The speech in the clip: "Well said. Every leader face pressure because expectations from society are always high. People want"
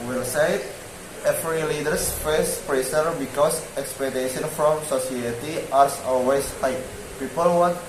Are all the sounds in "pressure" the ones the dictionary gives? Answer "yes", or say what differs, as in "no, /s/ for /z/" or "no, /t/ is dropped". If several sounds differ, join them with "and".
no, /s/ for /ʃ/